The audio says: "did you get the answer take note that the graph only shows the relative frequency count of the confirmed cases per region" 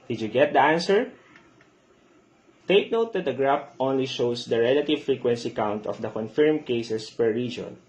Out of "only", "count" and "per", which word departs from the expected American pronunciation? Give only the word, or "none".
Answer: none